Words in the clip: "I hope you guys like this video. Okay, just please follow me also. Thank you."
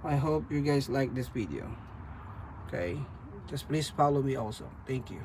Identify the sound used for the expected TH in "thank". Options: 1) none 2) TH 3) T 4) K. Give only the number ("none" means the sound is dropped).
3